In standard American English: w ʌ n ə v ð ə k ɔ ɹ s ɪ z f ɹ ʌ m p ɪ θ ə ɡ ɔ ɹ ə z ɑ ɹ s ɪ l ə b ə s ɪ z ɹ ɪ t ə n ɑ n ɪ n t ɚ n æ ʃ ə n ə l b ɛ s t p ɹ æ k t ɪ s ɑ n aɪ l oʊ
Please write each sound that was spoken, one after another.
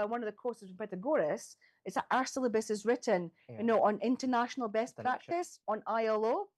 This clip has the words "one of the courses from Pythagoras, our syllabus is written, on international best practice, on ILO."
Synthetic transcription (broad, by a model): w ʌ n ə v ð ə k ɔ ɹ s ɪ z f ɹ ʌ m p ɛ t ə ɡ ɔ ɹ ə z ɑ ɹ s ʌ l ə b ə s ɪ z ɹ ɪ t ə n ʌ n ɪ n t ɚ n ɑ ʃ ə n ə l b ɛ s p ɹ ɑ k t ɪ s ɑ n aɪ l oʊ